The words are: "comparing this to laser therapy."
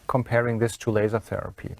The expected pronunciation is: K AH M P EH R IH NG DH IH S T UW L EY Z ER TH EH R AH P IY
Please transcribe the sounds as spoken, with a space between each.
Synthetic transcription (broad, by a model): K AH M P EH R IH NG DH IH S T UW L EY Z ER TH EH R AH P IY